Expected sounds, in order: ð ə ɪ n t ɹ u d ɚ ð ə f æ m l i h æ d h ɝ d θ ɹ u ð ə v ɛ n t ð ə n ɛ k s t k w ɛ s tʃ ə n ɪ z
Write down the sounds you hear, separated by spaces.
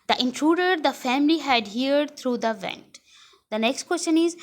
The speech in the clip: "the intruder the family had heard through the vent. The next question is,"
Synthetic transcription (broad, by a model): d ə ɪ n t ɹ u d ɚ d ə f æ m l i h æ d h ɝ d t ɹ u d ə v ɛ n t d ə n ɛ k s t k w ɛ s tʃ ə n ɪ z